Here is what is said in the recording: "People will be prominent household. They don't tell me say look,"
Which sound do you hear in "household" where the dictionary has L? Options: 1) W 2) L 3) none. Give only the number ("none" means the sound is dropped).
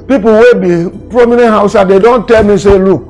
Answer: 3